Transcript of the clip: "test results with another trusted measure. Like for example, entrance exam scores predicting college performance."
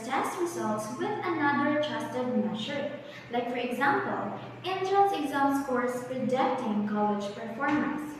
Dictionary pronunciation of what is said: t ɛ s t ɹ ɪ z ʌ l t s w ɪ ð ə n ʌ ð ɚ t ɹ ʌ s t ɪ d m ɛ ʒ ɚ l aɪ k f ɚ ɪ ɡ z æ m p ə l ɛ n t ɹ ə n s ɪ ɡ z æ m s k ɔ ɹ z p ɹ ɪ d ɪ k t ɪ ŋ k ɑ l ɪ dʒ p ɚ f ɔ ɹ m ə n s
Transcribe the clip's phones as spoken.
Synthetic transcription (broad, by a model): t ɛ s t ɹ ɪ z ʌ l t s w ɪ ð ə n ʌ ð ɚ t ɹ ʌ s t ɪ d m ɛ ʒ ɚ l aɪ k f ɚ ɪ ɡ z æ m p ə l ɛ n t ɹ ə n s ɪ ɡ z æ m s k ɔ ɹ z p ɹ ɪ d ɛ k t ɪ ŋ k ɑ l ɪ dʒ p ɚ f ɔ ɹ m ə n s